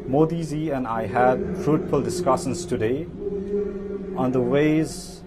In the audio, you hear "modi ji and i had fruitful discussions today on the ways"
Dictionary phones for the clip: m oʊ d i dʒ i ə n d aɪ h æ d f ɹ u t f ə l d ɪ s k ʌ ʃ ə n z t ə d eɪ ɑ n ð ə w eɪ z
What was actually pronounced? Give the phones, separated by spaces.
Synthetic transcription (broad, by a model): m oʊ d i z i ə n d aɪ h æ d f ɹ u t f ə l d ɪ s k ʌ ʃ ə n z t ə d eɪ ɑ n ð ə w eɪ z